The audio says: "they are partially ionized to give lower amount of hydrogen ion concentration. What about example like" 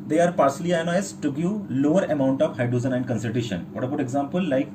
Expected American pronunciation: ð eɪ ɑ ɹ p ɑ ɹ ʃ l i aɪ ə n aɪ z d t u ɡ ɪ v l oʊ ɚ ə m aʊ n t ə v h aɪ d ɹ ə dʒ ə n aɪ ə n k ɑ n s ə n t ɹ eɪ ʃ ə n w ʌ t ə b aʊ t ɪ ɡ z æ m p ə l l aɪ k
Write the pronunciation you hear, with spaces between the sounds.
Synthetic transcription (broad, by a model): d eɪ ɑ ɹ p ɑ ɹ s l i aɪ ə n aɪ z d t u ɡ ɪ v l oʊ ɚ ə m aʊ n t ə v h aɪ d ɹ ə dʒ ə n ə n k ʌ n s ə t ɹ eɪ ʃ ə n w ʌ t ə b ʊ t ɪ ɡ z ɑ m p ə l l aɪ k